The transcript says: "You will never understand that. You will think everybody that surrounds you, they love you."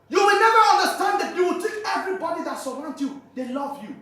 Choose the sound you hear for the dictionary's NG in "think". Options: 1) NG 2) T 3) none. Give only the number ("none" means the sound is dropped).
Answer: 3